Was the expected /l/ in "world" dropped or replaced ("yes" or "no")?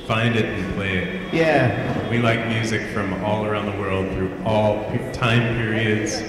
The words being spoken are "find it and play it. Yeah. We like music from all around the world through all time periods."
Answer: no